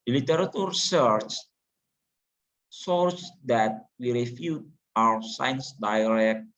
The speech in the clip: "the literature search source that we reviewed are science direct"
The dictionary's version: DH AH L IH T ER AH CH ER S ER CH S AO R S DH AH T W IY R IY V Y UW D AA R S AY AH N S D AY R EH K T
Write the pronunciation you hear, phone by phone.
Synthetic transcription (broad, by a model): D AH L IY T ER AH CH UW S ER CH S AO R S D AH T W IY R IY F Y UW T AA W S AY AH N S D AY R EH K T